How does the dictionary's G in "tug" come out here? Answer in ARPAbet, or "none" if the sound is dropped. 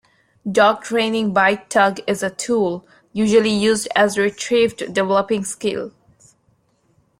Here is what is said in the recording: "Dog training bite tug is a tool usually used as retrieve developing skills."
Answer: G